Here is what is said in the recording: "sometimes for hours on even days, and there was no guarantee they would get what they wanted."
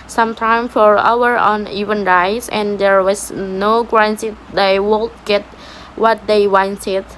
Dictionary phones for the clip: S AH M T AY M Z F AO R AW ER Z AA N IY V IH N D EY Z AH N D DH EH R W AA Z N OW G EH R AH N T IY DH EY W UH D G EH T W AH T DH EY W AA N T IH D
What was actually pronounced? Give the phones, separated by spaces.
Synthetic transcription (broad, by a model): S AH M T AY M F AO R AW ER AA N IY V IH N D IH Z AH N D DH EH R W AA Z N OW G R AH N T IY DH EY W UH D G EH T W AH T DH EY W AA N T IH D